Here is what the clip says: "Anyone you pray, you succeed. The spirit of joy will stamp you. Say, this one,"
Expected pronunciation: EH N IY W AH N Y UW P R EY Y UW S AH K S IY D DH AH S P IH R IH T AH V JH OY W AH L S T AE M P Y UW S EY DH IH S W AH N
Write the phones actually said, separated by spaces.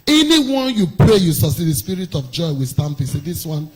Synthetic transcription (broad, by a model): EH N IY W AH N Y UW P R EY Y UW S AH S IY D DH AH S P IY R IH T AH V JH OY W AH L S T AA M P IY S EY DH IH S W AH N